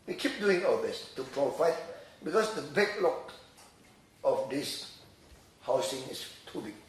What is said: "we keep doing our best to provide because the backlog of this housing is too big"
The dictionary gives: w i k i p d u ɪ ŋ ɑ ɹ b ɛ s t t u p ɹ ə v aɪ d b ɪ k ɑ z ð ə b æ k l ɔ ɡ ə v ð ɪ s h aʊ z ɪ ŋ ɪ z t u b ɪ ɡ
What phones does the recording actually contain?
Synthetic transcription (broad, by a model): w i k i p d u ɪ ŋ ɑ l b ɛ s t t u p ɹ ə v aɪ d b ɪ k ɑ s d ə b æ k l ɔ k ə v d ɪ s h aʊ s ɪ ŋ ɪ s t u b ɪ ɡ